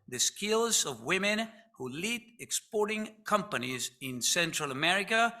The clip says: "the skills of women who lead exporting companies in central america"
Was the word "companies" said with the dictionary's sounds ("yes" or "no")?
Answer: yes